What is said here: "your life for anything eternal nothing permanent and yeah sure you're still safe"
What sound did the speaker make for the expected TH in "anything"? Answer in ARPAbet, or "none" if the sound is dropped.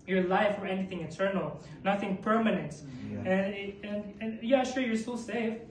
TH